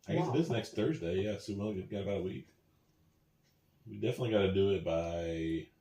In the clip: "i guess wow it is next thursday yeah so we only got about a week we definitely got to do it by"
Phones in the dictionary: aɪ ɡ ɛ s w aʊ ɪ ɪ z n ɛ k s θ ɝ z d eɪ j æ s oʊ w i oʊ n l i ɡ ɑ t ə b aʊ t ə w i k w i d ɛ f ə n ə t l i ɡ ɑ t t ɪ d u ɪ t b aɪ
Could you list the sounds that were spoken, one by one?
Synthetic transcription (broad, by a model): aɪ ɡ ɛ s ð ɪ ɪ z n ɛ k s θ ɝ z d eɪ j æ s oʊ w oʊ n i ɡ ɑ t ə b aʊ t ə w i k w i d ɛ f ə n ə t l i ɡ ɑ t t ɪ d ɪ ɪ t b aɪ